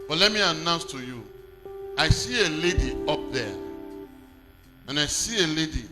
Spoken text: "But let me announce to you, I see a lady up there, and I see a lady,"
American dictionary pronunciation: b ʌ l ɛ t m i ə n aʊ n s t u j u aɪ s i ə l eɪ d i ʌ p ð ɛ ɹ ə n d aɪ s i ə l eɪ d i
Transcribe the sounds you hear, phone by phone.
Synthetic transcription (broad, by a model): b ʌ l ɛ t m i ə n aʊ n s t u j u aɪ s i ə l eɪ d i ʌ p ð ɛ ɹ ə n aɪ s i ə l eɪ d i